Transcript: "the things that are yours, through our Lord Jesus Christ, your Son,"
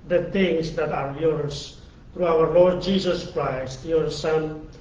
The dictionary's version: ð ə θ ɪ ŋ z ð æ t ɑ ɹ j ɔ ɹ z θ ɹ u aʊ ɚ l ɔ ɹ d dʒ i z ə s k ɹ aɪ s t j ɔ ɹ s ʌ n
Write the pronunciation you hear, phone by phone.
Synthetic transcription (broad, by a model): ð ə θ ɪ ŋ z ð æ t ɑ ɹ j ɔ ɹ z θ ɹ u aʊ ɚ l ɔ ɹ d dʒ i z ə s k ɹ aɪ s t j ɔ ɹ s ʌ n